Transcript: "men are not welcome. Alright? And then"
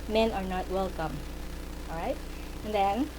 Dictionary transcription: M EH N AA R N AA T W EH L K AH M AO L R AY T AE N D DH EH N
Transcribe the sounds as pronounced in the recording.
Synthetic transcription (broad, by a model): M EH N AA R N AA T W EH L K AH M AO R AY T N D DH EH N